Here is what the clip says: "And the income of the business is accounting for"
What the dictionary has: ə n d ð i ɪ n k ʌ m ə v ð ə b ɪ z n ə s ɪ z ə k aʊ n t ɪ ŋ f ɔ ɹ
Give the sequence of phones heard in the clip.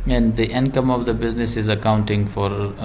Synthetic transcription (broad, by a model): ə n d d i ɪ n k ʌ m ə v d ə b ɪ z n ə s ɪ z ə k aʊ n t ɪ ŋ f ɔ ɹ